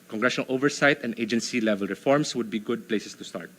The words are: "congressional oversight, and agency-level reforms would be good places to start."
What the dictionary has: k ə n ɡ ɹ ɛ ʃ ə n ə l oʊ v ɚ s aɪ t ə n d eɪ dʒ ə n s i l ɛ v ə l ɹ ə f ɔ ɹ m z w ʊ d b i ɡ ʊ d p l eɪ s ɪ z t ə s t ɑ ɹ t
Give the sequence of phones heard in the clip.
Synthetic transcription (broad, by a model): k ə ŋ ɡ ɹ ɛ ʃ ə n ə l oʊ v ɚ s aɪ t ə n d eɪ dʒ ə n s i l ɛ v ə l ɹ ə f ɔ ɹ m s w ʊ d b i ɡ ʊ d p l eɪ s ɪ s t ə s t ɑ ɹ t